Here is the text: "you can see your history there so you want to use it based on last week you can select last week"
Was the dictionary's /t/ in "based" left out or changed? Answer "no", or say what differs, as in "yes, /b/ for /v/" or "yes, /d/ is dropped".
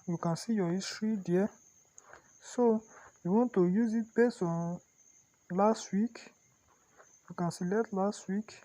yes, /t/ is dropped